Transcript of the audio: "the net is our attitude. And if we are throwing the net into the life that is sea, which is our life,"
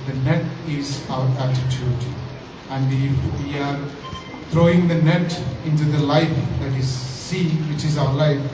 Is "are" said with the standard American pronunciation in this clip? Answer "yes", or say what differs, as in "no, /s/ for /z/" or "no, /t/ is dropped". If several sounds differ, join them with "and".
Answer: yes